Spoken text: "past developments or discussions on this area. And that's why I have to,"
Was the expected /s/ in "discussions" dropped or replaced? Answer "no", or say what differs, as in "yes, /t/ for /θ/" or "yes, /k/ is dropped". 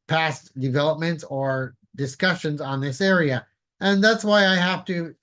no